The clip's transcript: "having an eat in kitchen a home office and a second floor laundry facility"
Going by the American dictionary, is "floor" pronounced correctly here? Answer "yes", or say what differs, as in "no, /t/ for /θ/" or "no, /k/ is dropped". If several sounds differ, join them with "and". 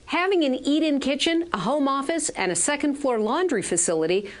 no, /l/ is dropped